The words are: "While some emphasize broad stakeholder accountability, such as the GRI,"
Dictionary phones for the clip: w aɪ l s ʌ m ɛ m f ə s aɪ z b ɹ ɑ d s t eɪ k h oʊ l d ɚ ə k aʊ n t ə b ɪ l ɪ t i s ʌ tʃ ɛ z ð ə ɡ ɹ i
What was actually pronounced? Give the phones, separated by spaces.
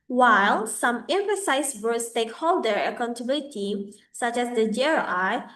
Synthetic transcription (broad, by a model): w aɪ l s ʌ m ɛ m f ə s aɪ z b ɑ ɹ s t eɪ k h oʊ l d ɚ ə k aʊ n t ə b ɪ l ɪ t i s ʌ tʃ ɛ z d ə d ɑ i